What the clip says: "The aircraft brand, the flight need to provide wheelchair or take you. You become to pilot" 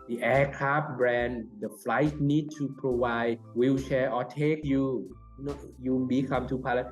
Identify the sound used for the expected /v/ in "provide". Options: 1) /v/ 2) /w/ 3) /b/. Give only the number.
2